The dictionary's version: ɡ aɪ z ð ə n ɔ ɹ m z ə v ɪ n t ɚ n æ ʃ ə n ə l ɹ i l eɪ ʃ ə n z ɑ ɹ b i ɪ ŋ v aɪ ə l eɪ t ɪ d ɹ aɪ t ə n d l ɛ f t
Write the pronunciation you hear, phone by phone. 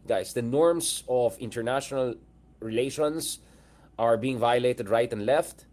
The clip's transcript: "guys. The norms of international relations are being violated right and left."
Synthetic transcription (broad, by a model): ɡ aɪ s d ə n ɔ ɹ m s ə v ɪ n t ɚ n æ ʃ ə n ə l ɹ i l eɪ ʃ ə n s ɑ ɹ b i ɪ ŋ v aɪ ə l eɪ t ɪ d ɹ aɪ t ə n d l ɛ f t